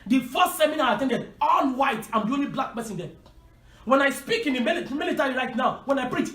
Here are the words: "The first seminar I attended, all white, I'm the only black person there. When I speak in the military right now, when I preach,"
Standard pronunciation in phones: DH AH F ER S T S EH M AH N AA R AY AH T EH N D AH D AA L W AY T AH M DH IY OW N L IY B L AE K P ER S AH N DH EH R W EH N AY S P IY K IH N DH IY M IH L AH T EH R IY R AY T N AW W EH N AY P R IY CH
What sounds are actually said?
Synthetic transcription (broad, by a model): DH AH F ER S T S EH M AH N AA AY AH T EH N D AH D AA N W AY T AH M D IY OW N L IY B L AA K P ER S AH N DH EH W EH N AY S P IY K IH N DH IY M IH L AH T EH R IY R AY T N AW W EH N AY P R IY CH